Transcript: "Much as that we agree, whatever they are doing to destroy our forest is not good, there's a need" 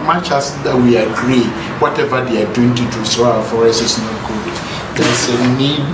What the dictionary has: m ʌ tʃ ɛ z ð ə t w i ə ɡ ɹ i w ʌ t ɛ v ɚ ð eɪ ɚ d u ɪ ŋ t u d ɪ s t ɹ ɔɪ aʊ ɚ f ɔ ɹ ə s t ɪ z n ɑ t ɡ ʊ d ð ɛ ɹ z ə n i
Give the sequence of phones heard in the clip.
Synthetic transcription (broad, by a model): m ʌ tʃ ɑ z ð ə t w i ə ɡ ɹ i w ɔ t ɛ v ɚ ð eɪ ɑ d u ɪ ŋ t u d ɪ s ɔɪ aʊ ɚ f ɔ ɹ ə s ɪ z n ɑ t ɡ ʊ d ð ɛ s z ə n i